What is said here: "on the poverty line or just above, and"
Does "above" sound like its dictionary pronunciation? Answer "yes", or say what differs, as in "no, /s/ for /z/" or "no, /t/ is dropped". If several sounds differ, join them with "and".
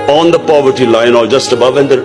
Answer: yes